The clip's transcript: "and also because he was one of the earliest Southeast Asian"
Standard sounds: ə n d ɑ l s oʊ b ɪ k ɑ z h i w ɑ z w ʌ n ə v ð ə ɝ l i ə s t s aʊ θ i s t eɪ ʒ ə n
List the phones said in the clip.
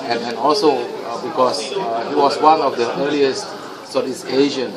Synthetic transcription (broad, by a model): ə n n ɑ l s oʊ b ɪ k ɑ s h i w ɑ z w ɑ n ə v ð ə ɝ l i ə s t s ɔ t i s eɪ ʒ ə n